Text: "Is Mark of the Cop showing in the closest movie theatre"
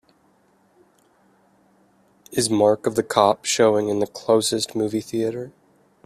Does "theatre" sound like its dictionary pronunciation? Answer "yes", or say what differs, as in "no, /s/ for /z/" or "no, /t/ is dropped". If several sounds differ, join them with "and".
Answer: yes